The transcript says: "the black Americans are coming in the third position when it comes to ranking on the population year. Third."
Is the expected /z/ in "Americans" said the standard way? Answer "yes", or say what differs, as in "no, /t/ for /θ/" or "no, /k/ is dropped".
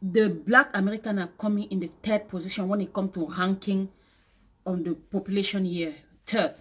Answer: no, /z/ is dropped